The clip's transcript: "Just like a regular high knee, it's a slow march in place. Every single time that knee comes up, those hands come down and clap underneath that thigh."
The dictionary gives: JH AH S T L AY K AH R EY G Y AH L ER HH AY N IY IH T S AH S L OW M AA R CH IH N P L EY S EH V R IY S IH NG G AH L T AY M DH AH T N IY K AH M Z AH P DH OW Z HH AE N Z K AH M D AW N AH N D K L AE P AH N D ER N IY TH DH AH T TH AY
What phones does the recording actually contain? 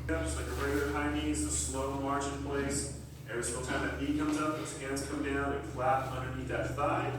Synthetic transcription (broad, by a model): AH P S L AY K AH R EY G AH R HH AY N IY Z AH S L OW M AA R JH IH N P L EY S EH R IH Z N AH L T AY M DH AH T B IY K AH M Z AH P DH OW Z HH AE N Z K AH M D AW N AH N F L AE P AH N D ER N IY T DH AH T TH AY